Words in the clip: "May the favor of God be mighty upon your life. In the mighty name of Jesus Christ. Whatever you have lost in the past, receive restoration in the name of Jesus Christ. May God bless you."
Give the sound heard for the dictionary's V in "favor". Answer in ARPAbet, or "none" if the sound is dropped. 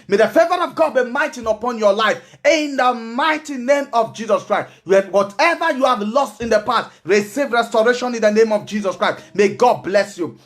V